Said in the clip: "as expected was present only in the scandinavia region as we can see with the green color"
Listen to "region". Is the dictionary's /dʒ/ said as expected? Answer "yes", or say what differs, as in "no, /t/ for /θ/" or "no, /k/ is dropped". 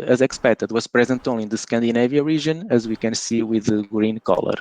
no, /ʒ/ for /dʒ/